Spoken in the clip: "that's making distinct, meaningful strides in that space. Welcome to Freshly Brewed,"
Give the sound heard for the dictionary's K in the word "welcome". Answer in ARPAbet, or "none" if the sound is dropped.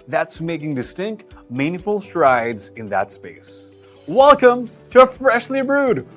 K